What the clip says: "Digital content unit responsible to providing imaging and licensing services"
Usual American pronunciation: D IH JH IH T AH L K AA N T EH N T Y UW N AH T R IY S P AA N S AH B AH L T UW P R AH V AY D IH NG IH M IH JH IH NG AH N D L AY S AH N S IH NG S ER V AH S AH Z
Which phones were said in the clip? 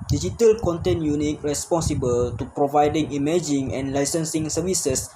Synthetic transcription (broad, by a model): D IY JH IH T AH L K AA N T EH N Y UW N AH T R IY S P AA N S AH B AH L T UW P R AH V AY D IH NG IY M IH JH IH NG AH N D L AY S AH N S IH NG S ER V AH S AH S